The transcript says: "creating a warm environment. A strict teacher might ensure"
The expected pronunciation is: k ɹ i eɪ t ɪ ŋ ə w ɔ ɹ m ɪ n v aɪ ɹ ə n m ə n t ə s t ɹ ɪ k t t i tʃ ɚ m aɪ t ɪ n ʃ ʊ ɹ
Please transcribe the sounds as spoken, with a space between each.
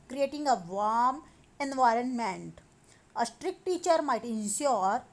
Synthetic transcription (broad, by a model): k ɹ i eɪ t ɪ ŋ ə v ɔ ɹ m ɪ n v aɪ ɹ ə n m ə n t ə s t ɹ ɪ k t t i tʃ ɚ m aɪ t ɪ n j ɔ ɹ